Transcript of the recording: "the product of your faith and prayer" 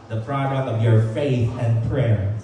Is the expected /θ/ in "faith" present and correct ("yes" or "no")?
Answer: yes